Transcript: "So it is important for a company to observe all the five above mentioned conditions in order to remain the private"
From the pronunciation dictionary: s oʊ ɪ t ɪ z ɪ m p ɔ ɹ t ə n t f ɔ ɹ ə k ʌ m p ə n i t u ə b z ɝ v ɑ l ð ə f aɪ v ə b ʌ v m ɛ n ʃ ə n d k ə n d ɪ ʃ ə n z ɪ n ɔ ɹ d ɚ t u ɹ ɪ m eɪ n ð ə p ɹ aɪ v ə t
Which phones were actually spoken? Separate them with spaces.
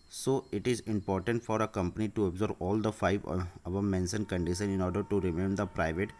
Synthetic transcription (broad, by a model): s oʊ ɪ t ɪ z ɪ m p ɔ ɹ t ə n t f ɔ ɹ ə k ʌ m p ə n i t u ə b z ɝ b ɑ l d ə f aɪ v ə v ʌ m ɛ n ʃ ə n k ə n d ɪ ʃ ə n ɪ n ɔ ɹ d ɚ t u ɹ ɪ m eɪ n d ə p ɹ aɪ v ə t